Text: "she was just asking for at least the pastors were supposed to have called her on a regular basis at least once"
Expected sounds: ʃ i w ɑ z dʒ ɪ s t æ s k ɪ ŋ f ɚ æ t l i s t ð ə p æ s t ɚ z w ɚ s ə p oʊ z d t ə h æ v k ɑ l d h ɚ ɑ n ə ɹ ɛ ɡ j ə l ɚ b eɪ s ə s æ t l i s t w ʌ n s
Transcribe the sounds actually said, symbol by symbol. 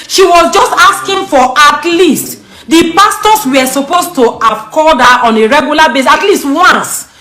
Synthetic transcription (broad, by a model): ʃ i w ɑ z dʒ ɪ s t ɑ s k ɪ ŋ f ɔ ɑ t l i s t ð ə p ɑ s t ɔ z w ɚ s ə p oʊ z t ə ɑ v k ɑ d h ɑ n ə ɹ ɛ ɡ j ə l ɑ b eɪ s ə t l i s t w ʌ n s